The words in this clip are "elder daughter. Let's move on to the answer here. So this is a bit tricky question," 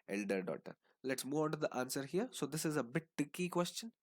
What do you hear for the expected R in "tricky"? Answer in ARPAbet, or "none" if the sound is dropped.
none